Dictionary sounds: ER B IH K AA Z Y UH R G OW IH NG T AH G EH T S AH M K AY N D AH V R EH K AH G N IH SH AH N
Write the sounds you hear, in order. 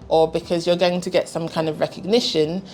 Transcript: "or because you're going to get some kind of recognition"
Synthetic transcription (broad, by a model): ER B IH K AA Z Y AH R G OW IH NG T AH G EH T S AH M K AY N D AH V R EH K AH G N IH SH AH N